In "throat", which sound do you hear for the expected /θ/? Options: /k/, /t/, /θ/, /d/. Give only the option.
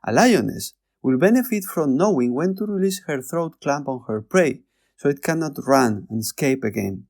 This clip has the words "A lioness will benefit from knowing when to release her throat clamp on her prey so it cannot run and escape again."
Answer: /θ/